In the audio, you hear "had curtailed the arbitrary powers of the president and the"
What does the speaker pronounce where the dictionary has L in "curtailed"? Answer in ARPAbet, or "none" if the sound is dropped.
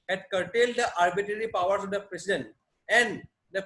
L